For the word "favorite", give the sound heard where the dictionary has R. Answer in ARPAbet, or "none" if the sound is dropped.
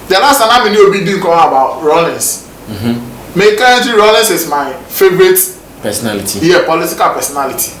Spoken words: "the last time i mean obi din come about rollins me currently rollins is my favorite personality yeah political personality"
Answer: R